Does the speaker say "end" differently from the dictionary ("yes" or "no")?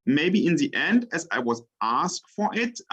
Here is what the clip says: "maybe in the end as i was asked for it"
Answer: no